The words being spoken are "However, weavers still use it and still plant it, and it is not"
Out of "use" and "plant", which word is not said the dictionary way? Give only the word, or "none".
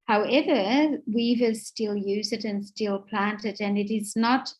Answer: none